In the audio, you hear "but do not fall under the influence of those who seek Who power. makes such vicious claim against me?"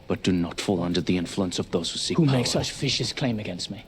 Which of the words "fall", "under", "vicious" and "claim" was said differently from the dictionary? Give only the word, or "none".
vicious